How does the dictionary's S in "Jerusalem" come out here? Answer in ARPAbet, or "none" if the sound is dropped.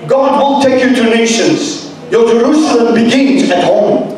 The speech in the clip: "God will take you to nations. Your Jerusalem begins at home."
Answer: S